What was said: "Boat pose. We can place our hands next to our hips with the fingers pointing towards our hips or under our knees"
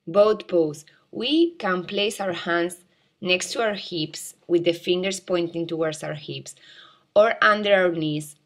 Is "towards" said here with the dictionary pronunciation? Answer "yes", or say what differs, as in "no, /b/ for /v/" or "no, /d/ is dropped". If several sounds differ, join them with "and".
no, /s/ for /z/